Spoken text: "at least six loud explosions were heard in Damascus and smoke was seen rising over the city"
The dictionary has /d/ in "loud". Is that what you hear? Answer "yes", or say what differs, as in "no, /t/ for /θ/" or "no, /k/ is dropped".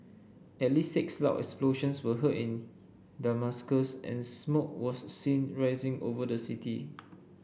no, /d/ is dropped